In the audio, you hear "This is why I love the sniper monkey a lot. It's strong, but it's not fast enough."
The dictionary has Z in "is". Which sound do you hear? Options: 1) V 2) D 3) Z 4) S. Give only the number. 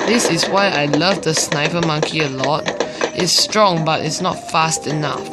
4